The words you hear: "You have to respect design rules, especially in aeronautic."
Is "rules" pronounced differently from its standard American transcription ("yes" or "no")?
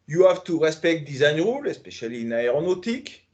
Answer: yes